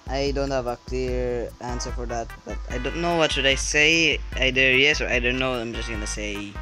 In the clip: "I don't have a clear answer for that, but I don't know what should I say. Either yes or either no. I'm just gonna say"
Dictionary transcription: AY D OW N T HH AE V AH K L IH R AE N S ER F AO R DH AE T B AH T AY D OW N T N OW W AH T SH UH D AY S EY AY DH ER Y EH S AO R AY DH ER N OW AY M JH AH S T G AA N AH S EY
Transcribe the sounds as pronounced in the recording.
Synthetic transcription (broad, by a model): AY D OW N T HH AE V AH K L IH R AE N S ER F AO R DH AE T B AH T AY D OW N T N OW W AH T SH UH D AY S EY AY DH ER Y EH S AO R AY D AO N OW AY M JH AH S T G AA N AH S EY